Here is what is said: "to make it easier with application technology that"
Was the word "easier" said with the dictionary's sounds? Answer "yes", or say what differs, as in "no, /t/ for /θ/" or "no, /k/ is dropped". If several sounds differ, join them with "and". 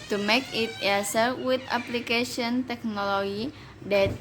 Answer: no, /s/ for /z/